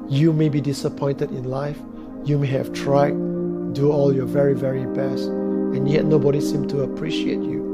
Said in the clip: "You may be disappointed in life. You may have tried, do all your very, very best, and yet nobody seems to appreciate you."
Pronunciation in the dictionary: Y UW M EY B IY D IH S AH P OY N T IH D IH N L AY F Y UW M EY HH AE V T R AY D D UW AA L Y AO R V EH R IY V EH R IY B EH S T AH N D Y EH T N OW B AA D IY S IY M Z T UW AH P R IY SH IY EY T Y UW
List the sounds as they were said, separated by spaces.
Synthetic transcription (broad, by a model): Y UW M EY B IY D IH S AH P OY N T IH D IH N L AY F Y UW M EY HH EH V T R AY D D UW AA L Y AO V EH R IY V EH R IY B EH S T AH N Y EH T N OW B AA D IY S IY M T UW AH P R IY SH IY EY T Y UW